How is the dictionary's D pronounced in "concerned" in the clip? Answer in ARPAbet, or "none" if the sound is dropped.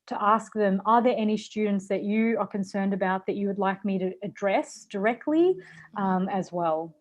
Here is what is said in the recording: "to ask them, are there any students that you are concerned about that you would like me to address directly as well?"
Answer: D